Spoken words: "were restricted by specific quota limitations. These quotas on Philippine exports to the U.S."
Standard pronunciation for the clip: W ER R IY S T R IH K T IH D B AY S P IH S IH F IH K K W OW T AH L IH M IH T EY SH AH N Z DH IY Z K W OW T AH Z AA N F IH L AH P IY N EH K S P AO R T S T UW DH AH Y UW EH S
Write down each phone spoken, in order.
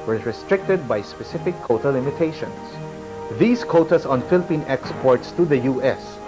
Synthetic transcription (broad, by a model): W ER R IY S T R IH K T IH D B AY S P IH S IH F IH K K OW T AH L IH M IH T EY SH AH N S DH IY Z K OW T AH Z AA N F IH L AH P IY N EH K S P AO R T S T UW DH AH Y UW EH S